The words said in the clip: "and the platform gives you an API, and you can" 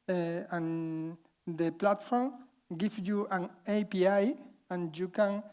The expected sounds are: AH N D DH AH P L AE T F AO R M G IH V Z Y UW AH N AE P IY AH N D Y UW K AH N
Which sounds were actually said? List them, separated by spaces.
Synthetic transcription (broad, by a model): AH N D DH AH P L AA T F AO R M G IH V Y UW AH N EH P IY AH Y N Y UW K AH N